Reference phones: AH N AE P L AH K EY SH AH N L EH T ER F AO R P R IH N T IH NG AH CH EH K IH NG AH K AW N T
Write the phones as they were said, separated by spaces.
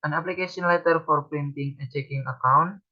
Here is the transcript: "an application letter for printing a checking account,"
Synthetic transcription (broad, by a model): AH N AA P L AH K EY S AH N L EH T ER F AO R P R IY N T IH NG AH CH EH K IH NG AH K AW N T